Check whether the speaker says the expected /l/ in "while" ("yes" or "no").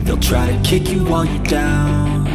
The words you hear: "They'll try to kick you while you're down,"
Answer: no